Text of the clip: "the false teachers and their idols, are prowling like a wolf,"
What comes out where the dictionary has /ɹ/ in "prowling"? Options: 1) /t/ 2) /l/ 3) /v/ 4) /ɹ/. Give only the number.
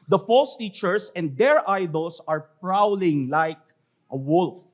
4